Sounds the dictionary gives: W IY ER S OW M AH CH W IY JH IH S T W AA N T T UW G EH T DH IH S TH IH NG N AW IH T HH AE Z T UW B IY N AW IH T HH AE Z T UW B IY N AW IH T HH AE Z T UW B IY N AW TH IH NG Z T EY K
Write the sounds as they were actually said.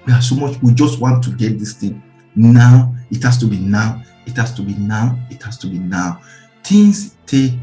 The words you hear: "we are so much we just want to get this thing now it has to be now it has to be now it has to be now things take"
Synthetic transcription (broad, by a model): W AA S OW M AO CH W IY JH IH S T W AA N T T UW G EH T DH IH S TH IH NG N AW IH T HH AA S T UW B IY N AW IH T HH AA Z T UW B IY N AW IH T HH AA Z T UW B IY N AW T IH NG S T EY